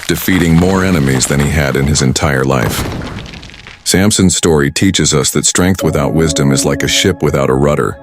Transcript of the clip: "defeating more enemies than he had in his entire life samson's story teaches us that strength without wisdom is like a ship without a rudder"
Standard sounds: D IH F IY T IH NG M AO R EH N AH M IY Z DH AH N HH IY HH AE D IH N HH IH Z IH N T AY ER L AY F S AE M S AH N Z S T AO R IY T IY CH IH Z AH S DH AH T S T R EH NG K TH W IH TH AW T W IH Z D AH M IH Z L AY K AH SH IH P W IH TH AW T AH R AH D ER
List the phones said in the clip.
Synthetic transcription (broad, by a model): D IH F IY T IH NG M AO R EH N AH M IY Z DH AH N IY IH D IH N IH Z IH N T AY ER L AY F S AE M S AH N Z S T AO R IY T IY CH IH Z AH S DH AH T S T R EH NG K TH W IH TH AW T W IH Z D AH M IH Z L AY K AH SH IH P W IH TH AW T AH R AH D ER